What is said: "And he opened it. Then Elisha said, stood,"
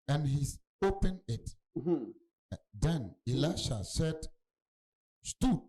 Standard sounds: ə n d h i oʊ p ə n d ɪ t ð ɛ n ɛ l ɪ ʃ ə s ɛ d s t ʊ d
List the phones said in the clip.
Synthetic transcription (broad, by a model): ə n h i oʊ p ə n ɪ t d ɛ n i l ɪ ʃ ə s ɛ d s t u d